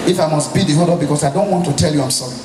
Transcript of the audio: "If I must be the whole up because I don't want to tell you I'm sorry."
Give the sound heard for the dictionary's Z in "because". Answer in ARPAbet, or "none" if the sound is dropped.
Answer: S